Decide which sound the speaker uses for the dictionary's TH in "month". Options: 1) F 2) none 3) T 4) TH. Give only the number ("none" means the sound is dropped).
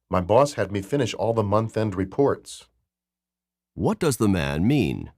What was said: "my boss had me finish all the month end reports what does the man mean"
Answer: 4